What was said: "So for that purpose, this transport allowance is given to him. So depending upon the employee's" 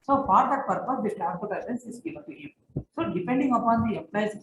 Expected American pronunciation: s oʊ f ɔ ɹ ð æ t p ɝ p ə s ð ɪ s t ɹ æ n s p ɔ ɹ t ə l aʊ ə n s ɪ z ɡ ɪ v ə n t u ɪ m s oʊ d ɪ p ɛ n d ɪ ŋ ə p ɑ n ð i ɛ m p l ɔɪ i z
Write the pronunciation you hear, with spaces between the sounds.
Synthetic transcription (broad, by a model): s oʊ f ɔ ɹ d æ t p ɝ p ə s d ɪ t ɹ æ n p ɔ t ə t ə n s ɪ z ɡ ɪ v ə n t u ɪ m s oʊ d ɪ p ɛ n d ɪ ŋ ə p ɑ n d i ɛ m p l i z